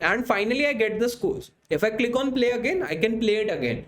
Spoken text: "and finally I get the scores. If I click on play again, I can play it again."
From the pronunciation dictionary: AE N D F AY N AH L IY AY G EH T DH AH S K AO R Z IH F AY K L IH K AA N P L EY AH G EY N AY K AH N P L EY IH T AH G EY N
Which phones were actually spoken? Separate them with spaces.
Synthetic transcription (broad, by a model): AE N D F AY N AH L IY AY G EH T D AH S K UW L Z IH F AY K L IH K AA N P L EY AH G EY N AY K AH N P L EY IH T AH G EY N